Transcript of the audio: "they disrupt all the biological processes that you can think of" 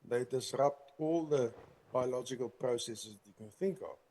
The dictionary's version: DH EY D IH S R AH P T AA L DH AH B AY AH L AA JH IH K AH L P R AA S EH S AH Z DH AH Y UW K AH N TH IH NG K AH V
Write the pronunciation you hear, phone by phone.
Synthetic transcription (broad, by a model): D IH D IH S R AH P T AA L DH AH B AY AH L AA JH IH K AH L P R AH S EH S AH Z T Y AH K AH N TH IH NG K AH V